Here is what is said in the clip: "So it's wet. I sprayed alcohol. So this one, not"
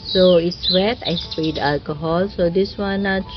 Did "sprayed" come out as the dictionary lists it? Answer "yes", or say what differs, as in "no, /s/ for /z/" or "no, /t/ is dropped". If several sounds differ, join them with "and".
no, /ɹ/ is dropped